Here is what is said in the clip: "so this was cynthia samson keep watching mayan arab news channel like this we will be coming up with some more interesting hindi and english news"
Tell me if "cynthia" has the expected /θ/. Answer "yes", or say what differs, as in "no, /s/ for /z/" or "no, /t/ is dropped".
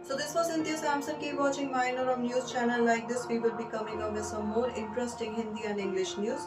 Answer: no, /t/ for /θ/